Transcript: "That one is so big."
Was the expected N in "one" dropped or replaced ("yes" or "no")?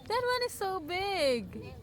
no